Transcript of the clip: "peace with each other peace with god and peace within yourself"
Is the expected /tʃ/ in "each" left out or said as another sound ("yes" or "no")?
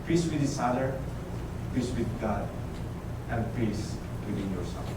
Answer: yes